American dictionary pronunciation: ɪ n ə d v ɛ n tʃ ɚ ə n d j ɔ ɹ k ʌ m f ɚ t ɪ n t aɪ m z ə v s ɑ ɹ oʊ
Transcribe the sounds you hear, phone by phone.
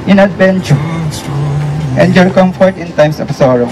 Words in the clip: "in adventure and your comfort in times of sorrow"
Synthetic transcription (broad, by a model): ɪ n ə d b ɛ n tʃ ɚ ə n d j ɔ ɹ k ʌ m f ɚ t ɪ n t aɪ m s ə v s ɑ ɹ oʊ